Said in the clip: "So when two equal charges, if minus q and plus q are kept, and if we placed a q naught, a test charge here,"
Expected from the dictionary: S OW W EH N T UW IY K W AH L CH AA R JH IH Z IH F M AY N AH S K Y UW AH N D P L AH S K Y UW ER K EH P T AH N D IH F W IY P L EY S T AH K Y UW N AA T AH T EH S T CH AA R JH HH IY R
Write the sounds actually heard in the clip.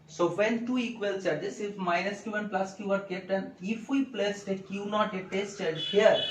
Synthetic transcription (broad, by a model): S OW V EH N T UW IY K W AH L S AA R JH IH S IH F M AY N AH S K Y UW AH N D P L AH S K Y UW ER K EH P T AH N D IH F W IY P L EY S T AH K Y UW N AA T AH T EH S T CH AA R HH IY R